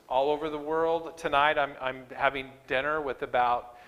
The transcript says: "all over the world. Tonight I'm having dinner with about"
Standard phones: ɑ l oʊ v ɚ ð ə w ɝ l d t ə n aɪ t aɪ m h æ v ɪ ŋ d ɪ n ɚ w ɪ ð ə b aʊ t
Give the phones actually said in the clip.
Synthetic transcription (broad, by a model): ɑ l oʊ v ɚ ð ə w ɝ l d t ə n aɪ t aɪ m h æ v ɪ ŋ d ɪ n ɚ w ɪ ð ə b aʊ t